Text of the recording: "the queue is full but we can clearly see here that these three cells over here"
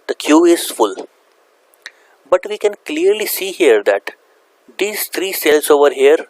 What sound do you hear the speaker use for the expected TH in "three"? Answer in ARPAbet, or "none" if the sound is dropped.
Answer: T